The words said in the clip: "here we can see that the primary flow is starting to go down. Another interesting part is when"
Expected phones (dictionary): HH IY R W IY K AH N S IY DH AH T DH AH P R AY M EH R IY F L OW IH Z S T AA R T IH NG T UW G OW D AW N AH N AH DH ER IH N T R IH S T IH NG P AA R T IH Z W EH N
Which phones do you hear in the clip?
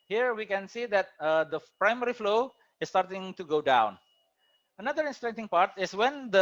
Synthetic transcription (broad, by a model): HH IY R W IY K AH N S IY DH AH T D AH P R AY M EH R IY F L OW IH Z S T AA R T IH NG T UW G OW D AW N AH N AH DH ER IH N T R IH T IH NG P AA R T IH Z W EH N